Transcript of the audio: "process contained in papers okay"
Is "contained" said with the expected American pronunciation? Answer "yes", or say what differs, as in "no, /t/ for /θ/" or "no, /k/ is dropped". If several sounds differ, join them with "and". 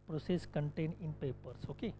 no, /d/ is dropped